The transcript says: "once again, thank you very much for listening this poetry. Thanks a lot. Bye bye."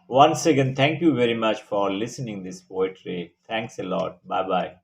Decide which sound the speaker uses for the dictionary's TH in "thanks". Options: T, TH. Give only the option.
T